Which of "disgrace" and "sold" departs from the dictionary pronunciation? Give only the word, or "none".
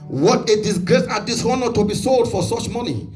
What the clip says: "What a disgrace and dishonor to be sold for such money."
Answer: none